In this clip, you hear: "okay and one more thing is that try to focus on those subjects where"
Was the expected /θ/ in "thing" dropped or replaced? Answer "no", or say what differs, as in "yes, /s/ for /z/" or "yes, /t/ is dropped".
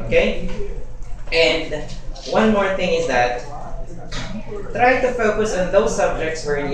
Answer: no